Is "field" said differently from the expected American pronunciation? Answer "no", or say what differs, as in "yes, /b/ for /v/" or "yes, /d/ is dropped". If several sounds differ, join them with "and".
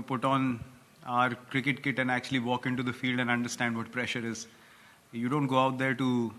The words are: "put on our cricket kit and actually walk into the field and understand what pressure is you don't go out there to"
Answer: no